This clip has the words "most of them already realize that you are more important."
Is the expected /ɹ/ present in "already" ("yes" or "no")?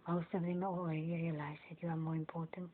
no